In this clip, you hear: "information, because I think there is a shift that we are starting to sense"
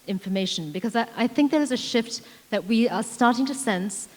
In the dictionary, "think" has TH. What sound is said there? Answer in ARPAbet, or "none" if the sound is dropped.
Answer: TH